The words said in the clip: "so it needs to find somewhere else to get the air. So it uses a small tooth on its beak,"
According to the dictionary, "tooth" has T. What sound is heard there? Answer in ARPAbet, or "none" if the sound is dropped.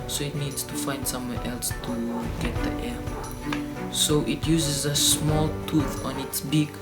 T